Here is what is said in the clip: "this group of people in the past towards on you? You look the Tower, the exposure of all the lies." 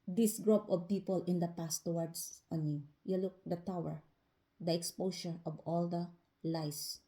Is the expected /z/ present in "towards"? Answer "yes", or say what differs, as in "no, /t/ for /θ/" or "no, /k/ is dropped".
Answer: no, /s/ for /z/